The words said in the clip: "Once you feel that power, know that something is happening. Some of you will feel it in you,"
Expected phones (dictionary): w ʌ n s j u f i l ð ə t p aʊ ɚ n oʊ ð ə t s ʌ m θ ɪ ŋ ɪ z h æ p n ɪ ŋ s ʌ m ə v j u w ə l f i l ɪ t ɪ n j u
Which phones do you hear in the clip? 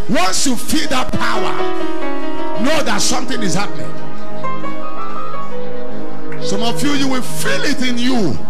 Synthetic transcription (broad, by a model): w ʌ n s j u f i l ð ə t p aʊ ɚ n oʊ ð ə t s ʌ m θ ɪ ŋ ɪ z h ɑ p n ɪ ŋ s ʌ m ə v j u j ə w f i l ɪ t ɪ n j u